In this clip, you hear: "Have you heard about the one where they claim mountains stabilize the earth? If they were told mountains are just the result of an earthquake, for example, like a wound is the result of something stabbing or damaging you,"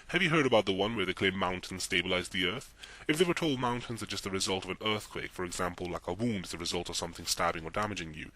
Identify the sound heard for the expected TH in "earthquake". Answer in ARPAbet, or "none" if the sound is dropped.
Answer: TH